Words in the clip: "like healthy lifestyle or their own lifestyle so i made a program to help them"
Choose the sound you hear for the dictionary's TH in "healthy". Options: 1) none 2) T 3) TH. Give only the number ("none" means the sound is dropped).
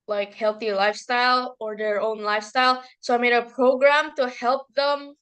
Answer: 3